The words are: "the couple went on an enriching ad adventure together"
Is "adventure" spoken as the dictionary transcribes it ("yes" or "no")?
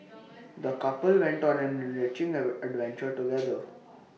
yes